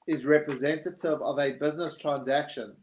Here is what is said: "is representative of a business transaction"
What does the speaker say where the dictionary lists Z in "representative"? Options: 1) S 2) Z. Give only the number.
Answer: 2